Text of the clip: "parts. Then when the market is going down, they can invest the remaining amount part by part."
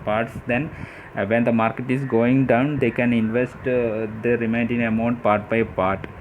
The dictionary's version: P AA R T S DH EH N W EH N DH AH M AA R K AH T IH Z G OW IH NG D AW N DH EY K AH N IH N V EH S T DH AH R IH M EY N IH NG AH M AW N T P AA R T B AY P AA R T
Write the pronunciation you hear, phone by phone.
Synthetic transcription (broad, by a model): P AA R T S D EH N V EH N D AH M AA R K AH T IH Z G OW IH NG D AW N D EY K AH N IH N V EH S T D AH R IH M EY N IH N AH M AW N T P AA R T B AY P AA R T